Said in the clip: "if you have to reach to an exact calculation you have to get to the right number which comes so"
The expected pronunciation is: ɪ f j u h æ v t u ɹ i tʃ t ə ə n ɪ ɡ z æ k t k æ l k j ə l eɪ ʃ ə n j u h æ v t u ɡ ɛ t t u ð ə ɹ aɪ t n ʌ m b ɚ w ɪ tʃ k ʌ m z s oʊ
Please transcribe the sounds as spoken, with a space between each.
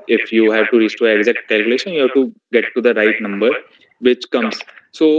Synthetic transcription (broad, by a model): ɪ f j u h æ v t u ɹ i s t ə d ɪ ɡ z æ k t k æ l k j ə l eɪ ʃ ə n j u h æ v t u ɡ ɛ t t u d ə ɹ aɪ t n ʌ m b ɚ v ɪ tʃ k ʌ m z s oʊ